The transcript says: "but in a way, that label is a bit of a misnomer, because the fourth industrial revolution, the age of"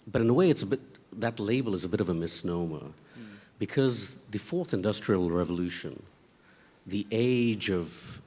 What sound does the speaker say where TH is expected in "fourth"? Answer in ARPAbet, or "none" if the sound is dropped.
TH